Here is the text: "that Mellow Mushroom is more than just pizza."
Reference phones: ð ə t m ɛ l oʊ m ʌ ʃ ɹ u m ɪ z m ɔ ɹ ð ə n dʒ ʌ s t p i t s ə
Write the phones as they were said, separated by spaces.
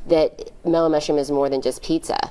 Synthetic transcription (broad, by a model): ð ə t m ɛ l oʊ m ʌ ʃ u m ɪ z m ɔ ɹ ð ə n dʒ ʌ s p i t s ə